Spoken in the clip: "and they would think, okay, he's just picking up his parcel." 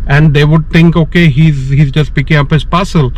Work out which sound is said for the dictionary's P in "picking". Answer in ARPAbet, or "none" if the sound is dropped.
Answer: P